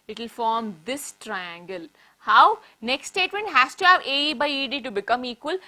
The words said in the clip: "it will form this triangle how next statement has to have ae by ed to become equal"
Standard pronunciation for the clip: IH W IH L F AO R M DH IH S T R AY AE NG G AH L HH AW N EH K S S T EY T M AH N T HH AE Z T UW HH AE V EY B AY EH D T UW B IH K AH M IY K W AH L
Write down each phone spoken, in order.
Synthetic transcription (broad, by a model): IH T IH L F AO R M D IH S T R AY AE NG G AH L HH AW N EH K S S T EY T M AH N T HH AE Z T UW HH AE V EY B AY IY D T UW B IH K AH M IY K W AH L